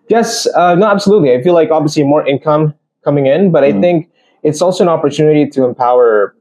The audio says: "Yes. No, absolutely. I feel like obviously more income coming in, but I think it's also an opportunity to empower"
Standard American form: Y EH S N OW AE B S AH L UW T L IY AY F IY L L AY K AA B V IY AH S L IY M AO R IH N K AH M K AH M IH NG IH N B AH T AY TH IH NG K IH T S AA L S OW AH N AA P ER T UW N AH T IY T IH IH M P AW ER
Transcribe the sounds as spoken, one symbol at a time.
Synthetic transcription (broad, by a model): Y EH S N OW AE B S AH L UW T L IY AY F IY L L AY K AA B V IY AH S L IY M AO R IH N K AH M K AH M IH NG IH N B AH T AY TH IH NG K IH T S AA L S OW AH N AA P ER T UW N AH T IY T IH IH M P AW ER